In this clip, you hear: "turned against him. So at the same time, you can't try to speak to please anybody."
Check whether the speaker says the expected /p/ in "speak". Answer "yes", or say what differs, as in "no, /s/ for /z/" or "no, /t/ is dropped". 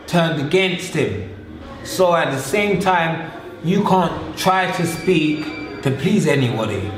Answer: yes